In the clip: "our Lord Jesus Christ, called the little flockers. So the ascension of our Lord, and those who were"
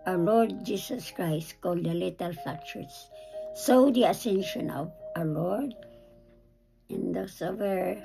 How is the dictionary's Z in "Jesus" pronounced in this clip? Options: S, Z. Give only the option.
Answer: S